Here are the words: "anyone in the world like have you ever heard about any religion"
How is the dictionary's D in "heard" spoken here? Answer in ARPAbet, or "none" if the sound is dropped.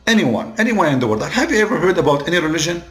D